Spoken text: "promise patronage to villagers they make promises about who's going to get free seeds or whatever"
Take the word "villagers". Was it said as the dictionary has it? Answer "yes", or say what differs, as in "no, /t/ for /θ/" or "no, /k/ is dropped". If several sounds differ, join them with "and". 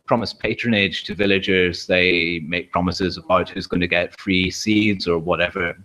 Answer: yes